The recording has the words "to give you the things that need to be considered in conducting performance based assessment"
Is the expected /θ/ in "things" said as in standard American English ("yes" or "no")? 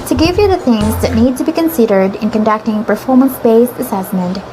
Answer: yes